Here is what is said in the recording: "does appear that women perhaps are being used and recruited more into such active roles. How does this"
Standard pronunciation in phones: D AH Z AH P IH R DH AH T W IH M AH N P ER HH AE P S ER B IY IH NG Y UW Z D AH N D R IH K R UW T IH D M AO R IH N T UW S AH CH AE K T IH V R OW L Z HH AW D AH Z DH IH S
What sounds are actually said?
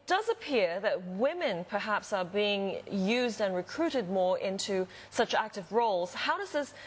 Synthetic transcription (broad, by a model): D AH Z AH P IH R DH AH T W IH M AH N P ER HH AE P S ER B IY IH NG Y UW Z D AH N R IH K R UW T IH D M AO R IH N T UW S AH CH AE K T IH V R OW L Z HH AW D AH Z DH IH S